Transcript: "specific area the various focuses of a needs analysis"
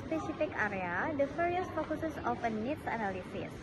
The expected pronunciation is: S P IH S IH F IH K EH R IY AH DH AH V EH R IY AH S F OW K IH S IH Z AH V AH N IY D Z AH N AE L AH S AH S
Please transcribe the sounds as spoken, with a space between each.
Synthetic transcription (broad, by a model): S P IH S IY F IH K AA R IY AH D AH F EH R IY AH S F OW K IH S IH S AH F AH N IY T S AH N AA L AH S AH S